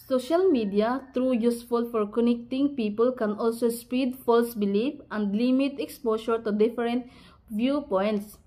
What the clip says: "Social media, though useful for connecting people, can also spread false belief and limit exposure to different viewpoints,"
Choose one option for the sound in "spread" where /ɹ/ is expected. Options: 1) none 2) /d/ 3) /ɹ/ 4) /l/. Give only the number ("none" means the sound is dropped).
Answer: 1